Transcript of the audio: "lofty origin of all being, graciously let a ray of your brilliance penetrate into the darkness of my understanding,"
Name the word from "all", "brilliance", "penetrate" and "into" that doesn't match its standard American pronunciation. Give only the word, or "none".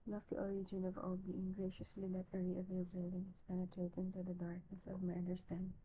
brilliance